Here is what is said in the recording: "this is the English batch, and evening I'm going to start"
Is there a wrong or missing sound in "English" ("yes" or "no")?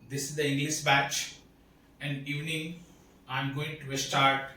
yes